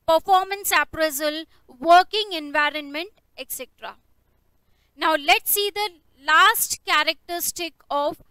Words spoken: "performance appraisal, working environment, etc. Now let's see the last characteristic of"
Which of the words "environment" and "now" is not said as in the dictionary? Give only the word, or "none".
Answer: none